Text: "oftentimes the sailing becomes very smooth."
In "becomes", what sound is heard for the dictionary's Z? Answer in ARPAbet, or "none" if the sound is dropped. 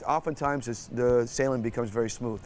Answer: Z